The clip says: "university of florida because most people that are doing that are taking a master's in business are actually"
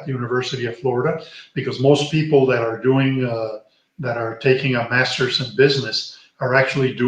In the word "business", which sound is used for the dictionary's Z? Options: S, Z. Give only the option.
Z